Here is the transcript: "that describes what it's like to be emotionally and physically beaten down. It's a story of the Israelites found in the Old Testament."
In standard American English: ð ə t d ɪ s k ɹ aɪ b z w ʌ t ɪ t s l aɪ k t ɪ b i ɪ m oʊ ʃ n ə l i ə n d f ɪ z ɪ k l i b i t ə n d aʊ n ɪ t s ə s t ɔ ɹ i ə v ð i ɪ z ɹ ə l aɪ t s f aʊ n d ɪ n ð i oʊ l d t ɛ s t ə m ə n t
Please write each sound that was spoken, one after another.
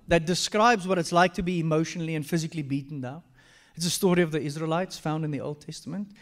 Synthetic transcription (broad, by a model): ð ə t d ɪ s k ɹ aɪ b z w ʌ t ɪ t s l aɪ k t ɪ b i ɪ m oʊ ʃ n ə l i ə n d f ɪ z ɪ k l i b i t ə n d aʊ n ɪ t s ə s t ɔ ɹ i ə v ð i ɪ z ɹ ə l aɪ t s f aʊ n d ɪ n ð i oʊ l d t ɛ s t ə m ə n t